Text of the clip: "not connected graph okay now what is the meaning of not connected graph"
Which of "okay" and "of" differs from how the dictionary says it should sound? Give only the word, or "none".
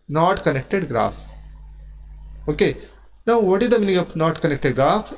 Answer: of